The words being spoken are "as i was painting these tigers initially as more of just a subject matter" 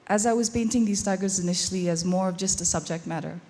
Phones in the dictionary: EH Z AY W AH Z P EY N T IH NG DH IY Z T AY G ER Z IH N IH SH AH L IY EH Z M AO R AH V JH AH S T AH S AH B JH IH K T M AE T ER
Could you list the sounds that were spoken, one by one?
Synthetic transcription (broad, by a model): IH Z AY W AH Z P EY N T IH NG DH IY Z T AY G ER Z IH N IH SH L IY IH Z M AO R AH V JH AH S T AH S AH B JH IH K T M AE T ER